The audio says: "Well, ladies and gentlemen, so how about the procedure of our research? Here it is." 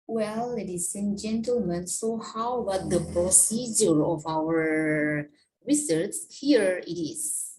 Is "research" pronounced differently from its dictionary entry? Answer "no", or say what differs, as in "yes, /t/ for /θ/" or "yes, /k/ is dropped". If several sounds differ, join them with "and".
yes, /s/ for /tʃ/